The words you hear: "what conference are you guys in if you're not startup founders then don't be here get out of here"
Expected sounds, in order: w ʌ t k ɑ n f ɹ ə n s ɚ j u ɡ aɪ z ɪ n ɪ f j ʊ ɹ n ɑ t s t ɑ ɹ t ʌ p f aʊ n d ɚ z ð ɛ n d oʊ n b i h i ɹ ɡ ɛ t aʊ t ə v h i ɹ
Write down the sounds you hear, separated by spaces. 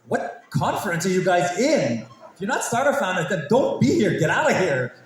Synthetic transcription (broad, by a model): w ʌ t k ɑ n f ɹ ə n s ɚ j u ɡ aɪ z ɪ n ɪ f j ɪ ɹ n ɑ t s t ɑ ɹ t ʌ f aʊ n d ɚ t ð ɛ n d oʊ n b i h i ɹ ɡ ɛ t aʊ t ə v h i ɹ